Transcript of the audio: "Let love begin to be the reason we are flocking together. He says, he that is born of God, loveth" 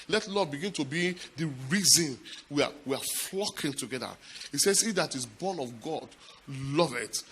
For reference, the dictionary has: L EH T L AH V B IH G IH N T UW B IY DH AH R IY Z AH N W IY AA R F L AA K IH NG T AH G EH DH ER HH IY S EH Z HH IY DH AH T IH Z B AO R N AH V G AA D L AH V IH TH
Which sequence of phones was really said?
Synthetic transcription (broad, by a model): L EH T L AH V B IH G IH N T UW B IY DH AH R IY Z AH N W IY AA W F L AA K IH NG T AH G EH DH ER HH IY S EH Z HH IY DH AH T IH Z B AO N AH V G AA D L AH V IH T